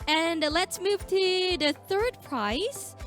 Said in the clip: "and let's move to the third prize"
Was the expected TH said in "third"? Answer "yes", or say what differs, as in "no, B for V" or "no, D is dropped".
yes